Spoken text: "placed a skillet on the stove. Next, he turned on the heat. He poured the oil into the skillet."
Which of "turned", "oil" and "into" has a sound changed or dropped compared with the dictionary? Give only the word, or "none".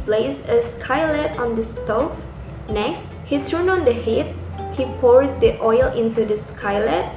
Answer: turned